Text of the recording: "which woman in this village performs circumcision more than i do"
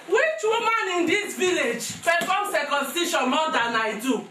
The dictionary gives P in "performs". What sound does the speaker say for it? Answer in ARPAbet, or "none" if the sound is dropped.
F